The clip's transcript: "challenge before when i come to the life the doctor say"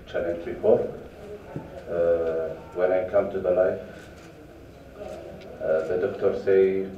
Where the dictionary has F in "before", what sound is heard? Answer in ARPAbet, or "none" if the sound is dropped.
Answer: P